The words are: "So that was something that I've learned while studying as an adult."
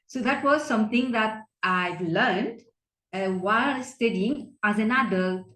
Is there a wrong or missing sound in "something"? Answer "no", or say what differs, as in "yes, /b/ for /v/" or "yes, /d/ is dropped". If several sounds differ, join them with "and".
yes, /t/ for /θ/